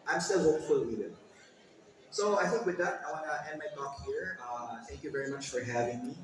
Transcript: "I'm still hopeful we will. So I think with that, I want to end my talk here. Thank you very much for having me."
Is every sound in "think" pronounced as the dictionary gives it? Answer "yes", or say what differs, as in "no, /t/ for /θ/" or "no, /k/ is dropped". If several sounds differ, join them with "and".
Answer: no, /ŋ/ is dropped